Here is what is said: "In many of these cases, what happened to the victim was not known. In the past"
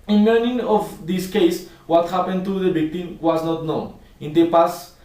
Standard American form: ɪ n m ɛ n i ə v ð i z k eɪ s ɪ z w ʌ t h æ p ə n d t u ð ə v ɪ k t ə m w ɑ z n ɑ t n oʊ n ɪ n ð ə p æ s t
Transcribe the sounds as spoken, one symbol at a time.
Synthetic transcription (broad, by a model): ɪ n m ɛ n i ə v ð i s k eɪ ɪ s w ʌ t h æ p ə n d t u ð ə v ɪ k t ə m w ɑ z n ɑ t n oʊ n ɪ n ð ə p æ s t